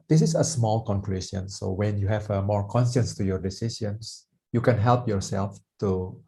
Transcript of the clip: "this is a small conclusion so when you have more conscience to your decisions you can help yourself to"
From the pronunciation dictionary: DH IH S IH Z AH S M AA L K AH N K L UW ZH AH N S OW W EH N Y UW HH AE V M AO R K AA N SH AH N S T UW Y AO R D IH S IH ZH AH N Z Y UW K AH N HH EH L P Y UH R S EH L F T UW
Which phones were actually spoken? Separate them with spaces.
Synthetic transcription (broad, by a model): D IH S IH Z AH S M AA L K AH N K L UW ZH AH N S OW W EH N Y UW HH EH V M AO R K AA N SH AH N S T UW Y AO R D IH S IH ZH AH N S Y UW K AH N HH EH L P Y UH R S EH L F T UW